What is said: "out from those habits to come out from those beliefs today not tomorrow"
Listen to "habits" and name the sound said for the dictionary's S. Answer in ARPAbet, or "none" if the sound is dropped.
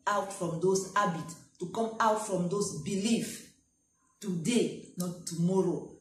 none